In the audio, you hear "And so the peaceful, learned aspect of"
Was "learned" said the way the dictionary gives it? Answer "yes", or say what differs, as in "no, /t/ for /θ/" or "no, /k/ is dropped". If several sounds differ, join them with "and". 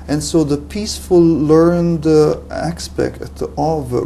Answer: yes